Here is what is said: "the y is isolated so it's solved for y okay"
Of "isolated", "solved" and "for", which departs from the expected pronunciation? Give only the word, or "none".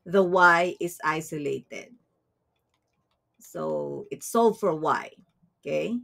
solved